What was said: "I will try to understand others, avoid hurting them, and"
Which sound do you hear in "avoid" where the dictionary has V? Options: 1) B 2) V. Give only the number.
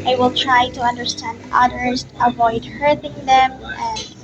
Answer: 2